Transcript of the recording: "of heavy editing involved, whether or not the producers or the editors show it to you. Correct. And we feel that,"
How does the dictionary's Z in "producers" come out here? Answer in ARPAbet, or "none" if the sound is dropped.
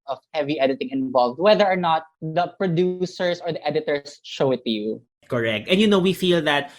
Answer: S